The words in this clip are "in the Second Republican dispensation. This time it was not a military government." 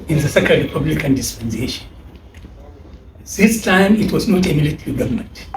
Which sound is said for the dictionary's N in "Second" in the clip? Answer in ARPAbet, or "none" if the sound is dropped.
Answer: L